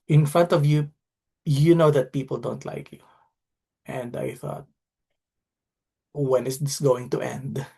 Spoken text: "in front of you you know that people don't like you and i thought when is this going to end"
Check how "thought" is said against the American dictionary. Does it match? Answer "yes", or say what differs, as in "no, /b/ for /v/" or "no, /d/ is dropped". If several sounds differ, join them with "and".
yes